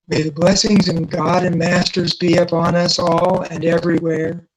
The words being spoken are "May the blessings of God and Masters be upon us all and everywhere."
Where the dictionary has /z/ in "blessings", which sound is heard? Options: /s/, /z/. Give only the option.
/z/